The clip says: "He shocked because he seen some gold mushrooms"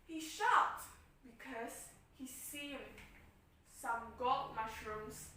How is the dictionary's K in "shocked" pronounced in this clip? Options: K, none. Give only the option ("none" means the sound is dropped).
none